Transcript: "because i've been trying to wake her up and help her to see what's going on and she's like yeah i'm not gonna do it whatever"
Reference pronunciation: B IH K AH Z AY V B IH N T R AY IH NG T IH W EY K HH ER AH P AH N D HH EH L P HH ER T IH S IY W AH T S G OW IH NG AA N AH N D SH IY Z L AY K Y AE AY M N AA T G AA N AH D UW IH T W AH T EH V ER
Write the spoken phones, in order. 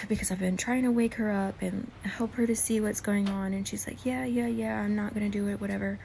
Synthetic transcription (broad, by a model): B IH K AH Z AY V B IH N T R AY IH NG T IH W EY K HH ER AH P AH N HH EH L P HH ER T IH S IY W AH T S G OW IH NG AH N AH N SH IY Z L AY K Y AE AY M N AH T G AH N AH D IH IH T W AH T EH V ER